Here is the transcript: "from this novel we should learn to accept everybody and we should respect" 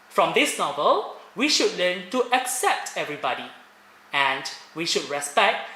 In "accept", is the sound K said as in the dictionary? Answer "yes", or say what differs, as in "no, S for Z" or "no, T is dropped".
yes